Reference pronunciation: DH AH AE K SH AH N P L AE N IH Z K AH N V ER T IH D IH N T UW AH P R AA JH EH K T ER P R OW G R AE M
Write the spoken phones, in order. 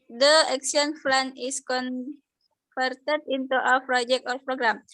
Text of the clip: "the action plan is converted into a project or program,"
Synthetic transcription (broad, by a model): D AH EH K S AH N F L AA N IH S K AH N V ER T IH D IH N T UW AH P R AA JH EH K T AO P R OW G R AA M